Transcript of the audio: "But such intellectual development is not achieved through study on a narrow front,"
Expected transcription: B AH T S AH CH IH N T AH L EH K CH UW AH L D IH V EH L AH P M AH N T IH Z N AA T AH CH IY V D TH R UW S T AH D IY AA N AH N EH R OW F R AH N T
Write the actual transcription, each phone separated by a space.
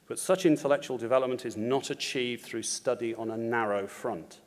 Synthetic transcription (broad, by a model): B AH T S AH CH IH N T AH L EH K CH UW AH L D IH V EH L AH P M AH N T IH Z N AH T AH CH IY V D TH R UW S T AH D IY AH N AH N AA R OW F R AH N T